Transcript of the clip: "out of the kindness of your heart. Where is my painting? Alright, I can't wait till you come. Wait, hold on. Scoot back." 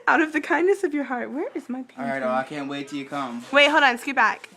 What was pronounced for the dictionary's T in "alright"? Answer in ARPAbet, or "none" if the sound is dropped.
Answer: none